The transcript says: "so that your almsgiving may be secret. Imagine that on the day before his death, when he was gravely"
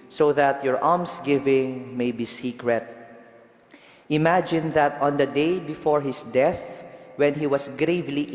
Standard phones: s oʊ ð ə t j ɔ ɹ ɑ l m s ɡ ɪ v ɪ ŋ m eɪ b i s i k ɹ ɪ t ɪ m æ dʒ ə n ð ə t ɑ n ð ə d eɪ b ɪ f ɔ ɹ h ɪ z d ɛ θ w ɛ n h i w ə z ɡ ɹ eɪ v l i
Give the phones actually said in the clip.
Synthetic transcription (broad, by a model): s oʊ ð ə t j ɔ ɹ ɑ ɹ m s ɡ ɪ v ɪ ŋ m eɪ b i s i k ɹ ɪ t ɪ m æ dʒ ə n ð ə t ɑ n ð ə d eɪ b ɪ f ɔ ɹ h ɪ s d ɛ θ w ɛ n h i w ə s ɡ ɹ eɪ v l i